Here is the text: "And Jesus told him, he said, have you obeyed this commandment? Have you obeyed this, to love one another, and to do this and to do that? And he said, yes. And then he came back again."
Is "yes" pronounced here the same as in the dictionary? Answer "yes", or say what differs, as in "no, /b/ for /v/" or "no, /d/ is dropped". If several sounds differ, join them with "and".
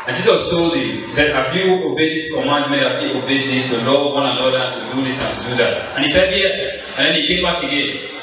no, /s/ is dropped